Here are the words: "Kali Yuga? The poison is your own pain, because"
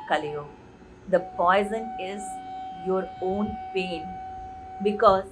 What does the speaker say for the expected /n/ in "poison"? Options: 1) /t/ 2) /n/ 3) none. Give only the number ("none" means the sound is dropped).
2